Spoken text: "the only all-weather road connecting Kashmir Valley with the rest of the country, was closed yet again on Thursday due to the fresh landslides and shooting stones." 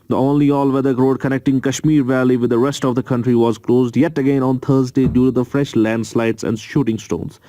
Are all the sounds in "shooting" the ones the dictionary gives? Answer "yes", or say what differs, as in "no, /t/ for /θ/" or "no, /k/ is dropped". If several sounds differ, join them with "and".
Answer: yes